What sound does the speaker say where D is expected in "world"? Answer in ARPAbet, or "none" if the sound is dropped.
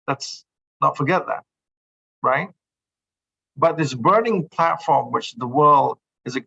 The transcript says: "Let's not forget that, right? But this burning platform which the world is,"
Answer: D